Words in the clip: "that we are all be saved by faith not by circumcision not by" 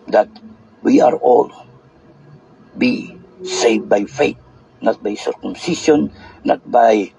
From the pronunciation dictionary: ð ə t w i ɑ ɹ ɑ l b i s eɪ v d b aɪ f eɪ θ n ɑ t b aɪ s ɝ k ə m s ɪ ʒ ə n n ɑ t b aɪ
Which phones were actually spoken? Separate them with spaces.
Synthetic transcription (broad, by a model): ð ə t w i ɑ ɹ ɑ l b i s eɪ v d b aɪ f eɪ t n ɑ t b aɪ s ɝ k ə m s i ʃ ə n n ɑ t b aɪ